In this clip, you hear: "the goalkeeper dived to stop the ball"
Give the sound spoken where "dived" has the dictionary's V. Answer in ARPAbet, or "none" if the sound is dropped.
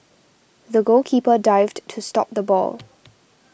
V